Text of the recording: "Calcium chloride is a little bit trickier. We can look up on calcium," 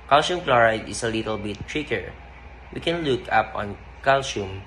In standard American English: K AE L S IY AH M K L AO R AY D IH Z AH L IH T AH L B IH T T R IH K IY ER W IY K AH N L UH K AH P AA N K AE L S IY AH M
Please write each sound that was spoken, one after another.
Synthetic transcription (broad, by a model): K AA L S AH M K L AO R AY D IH S AH L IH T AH L B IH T T R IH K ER W IY K AH N L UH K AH P AA N K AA L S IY M